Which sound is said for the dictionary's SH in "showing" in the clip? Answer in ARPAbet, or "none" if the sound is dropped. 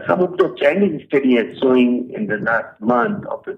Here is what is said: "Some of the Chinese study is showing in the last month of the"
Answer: S